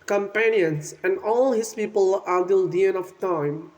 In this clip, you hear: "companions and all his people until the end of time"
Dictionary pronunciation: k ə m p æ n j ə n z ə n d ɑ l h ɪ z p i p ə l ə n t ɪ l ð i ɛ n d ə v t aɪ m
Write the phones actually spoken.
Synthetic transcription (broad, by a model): k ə m p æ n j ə n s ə n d ɑ l h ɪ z p i p ə l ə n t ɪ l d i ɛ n ə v t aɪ m